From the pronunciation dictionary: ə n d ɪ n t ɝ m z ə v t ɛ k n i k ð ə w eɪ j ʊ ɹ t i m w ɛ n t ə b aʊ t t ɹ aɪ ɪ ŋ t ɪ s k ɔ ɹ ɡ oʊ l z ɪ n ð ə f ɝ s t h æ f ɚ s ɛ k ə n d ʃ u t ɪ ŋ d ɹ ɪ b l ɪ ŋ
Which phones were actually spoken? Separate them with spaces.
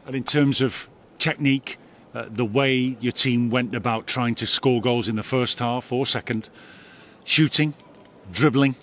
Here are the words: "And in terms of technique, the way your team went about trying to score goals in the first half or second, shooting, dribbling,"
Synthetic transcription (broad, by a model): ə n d ɪ n t ɝ m z ə v t ɛ k n i k ð ə w eɪ j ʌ ɹ t i m w ɛ n t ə b aʊ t t ɹ aɪ ɪ ŋ t ɪ s k ɔ ɹ ɡ oʊ l z ɪ n ð ə f ɝ s t h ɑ f ɚ s ɛ k ə n d ʃ u t ɪ ŋ d ɹ ɪ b l ɪ ŋ